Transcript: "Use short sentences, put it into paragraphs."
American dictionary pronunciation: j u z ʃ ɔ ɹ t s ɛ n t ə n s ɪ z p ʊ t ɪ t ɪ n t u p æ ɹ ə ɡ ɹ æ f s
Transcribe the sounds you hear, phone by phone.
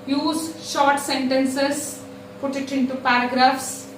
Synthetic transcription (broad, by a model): j u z ʃ ɔ ɹ t s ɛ n t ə n s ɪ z p ʊ t ɪ t ɪ n t u p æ ɹ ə ɡ ɹ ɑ f s